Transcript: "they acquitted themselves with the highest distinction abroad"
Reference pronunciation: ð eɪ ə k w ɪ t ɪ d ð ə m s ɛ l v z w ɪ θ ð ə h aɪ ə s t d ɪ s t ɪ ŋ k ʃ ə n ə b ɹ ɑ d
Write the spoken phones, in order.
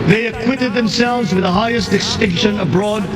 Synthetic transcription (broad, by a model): ð eɪ ə k w ɪ t ɪ d ð ə m s ɛ l v z w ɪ ð ə h aɪ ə s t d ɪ s t ɪ ŋ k ʃ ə n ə b ɹ ɑ d